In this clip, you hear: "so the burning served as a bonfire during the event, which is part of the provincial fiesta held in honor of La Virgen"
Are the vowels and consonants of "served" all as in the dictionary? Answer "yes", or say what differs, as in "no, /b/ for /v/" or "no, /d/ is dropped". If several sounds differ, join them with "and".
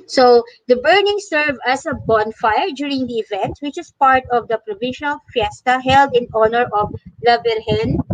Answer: no, /d/ is dropped